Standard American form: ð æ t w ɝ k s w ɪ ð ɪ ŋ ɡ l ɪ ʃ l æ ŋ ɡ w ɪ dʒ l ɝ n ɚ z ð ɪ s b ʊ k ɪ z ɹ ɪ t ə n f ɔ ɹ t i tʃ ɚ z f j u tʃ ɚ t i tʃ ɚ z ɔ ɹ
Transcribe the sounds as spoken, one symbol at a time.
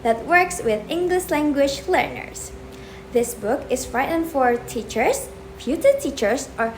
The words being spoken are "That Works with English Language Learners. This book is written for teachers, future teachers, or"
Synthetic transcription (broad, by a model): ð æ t w ɝ k s w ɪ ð ɪ ŋ ɡ l ɪ ʃ l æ ŋ ɡ w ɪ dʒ l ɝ n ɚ s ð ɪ s b ʊ k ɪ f ɹ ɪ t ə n f ɔ ɹ t i tʃ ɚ s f j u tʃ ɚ t i tʃ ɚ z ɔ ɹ